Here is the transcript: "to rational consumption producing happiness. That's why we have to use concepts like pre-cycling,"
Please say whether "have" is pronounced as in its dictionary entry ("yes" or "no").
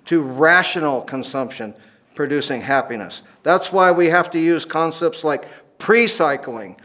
no